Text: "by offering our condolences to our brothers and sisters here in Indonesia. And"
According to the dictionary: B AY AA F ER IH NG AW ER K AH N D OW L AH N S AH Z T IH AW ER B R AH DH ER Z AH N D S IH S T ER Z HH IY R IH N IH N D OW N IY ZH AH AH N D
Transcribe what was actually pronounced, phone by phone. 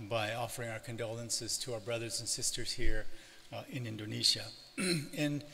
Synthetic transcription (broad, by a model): B AY AA F ER IH NG AW ER K AH N D OW L AH N S AH Z T IH AW ER B R AH DH ER Z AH N S IH S T ER Z HH IY R IH N IH N D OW N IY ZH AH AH N